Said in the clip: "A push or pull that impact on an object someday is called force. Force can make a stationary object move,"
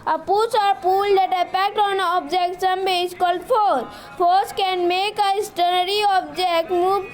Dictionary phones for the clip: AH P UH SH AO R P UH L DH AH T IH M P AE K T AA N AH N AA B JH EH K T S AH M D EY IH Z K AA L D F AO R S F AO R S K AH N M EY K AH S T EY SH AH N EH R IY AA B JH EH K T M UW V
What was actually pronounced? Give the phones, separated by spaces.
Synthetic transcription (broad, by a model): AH P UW S AO R P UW L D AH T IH P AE K T AA N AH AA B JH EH K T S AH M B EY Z K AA L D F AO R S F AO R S K AH N M EY K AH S T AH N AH R IY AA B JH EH K T M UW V